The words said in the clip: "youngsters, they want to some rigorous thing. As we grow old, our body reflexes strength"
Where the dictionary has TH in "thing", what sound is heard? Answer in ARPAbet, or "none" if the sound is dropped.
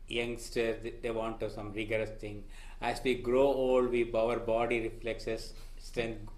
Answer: T